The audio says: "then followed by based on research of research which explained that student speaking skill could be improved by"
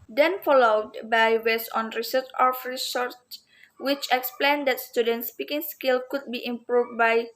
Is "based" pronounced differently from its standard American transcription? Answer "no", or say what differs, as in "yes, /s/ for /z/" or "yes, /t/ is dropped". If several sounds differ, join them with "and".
yes, /t/ is dropped